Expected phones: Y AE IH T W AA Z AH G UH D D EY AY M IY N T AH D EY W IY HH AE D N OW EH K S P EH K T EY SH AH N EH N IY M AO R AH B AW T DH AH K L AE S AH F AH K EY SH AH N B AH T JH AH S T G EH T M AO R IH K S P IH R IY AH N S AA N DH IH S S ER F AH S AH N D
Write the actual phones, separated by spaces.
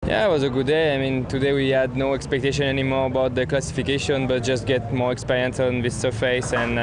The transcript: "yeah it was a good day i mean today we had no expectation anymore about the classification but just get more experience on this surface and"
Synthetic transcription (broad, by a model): Y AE IH T W AA Z AH G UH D D EY AY M IY N T AH D EY W IY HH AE D N OW EH K S P EH K T EY SH AH N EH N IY M AO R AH B AW T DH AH K L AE S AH F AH K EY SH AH N B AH T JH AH S T G EH T M AO R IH K S P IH R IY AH N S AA N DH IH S S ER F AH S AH N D